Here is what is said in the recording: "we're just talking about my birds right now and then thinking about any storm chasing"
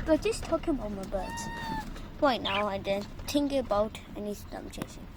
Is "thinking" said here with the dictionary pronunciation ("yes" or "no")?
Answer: no